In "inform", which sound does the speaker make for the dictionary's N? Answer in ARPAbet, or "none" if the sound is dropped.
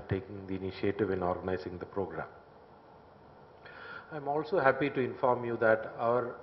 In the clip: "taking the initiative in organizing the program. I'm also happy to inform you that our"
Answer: N